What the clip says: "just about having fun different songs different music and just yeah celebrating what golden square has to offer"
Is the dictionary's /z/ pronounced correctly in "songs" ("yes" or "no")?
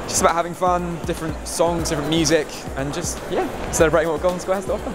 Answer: yes